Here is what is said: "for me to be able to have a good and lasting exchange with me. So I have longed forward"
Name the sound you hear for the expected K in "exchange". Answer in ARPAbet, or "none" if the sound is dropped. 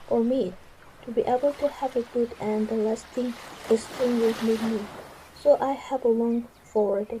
none